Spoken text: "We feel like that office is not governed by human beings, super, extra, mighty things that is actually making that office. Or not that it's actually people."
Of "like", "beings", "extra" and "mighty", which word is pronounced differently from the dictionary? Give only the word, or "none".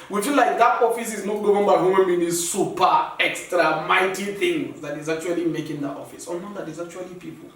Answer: beings